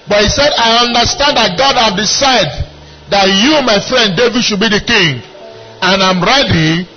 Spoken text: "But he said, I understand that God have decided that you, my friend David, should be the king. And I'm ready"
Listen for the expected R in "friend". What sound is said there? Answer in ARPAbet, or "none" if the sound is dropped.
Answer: R